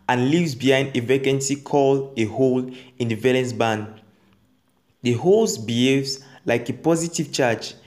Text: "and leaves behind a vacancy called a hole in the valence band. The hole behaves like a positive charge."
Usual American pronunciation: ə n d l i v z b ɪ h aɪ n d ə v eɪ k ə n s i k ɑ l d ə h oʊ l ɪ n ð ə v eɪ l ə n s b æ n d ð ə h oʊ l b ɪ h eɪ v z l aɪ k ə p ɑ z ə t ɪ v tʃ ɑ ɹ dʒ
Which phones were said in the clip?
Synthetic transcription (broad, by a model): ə n l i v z b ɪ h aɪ n d ə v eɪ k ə n s i k ɑ l ə h oʊ l ɪ n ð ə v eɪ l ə n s b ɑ n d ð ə h oʊ l b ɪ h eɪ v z l aɪ k ə p ɑ z ə t ɪ v tʃ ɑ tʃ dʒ